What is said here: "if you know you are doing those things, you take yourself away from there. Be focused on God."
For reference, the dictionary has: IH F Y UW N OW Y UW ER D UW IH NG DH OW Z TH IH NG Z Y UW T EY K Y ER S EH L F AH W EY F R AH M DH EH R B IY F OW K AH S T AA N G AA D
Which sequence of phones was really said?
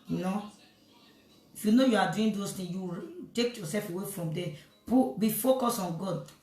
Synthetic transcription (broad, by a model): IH F Y UW N OW Y UW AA D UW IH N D OW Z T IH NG Y UW T EY K Y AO S EH L F AH W EY F R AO M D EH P B IY F OW K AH S AA N G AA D